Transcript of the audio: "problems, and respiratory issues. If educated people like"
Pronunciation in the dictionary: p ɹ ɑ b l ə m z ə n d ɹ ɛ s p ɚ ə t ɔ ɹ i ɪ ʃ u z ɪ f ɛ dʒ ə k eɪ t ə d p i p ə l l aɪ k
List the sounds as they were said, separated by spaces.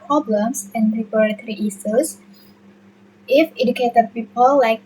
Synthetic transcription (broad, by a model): p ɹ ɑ b l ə m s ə n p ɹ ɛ p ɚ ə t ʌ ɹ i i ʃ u s ɪ f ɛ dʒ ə k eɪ t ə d p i p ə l l aɪ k